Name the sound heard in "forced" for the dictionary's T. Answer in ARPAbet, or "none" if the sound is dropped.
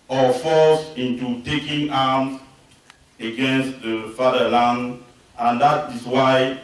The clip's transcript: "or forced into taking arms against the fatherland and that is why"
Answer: none